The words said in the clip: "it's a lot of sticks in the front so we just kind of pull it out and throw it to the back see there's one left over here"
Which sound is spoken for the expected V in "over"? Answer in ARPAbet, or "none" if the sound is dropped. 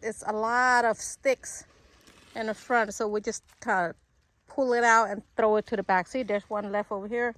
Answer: V